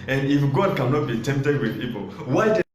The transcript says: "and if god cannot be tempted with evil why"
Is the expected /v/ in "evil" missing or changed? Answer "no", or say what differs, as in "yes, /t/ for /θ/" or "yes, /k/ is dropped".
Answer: yes, /p/ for /v/